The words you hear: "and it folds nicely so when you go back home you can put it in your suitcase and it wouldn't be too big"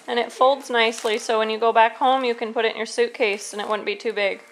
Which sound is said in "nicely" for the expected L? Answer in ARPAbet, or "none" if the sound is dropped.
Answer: L